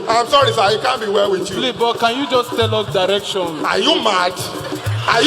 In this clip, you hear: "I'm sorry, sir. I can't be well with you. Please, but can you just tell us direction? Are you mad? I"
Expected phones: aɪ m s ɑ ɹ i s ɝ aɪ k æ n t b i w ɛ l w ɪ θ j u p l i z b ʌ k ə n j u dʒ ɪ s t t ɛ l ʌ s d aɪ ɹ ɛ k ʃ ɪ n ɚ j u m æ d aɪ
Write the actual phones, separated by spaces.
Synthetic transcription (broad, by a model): aɪ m s ɑ ɹ i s aɪ k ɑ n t b i w ɛ l w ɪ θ j u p l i b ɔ k ə n j u dʒ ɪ s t t ɛ l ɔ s d aɪ ɹ ɛ k ʃ ɪ n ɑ j u m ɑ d aɪ